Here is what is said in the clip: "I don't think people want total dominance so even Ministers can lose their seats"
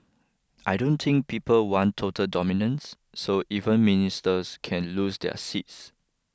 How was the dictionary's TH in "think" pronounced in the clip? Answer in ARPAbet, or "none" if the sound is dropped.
T